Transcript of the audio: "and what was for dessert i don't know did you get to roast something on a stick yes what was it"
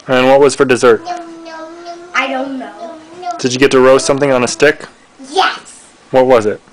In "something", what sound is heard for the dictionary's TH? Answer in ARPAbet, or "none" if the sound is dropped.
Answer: TH